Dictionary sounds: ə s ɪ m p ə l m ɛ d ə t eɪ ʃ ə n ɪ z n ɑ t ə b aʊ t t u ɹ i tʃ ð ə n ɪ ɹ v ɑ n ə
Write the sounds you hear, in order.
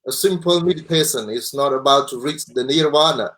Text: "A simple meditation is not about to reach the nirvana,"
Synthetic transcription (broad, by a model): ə s ɪ m p ə l m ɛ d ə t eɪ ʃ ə n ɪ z n ɑ t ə b aʊ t t u ɹ i tʃ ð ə n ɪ ɹ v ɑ n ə